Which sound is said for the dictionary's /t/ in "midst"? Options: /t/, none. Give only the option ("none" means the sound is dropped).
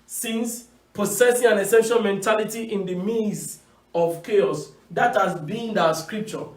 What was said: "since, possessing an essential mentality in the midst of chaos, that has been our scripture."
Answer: none